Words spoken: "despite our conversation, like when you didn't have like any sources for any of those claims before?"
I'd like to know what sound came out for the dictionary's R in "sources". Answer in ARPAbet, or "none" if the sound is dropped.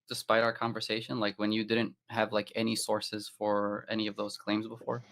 R